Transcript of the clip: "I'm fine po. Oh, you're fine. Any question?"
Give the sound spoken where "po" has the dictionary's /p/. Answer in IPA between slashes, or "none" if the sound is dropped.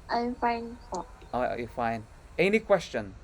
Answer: /f/